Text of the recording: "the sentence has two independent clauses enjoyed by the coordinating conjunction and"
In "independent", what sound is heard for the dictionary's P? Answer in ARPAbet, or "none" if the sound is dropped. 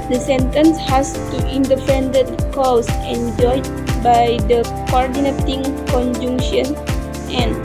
F